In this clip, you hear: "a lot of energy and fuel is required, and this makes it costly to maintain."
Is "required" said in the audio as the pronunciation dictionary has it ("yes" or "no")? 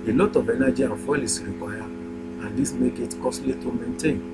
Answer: no